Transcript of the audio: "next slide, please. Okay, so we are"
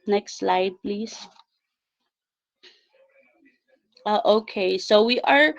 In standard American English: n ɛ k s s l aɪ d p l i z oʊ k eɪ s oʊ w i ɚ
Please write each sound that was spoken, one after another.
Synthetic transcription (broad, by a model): n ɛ k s s l aɪ d p l i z oʊ k eɪ s oʊ w i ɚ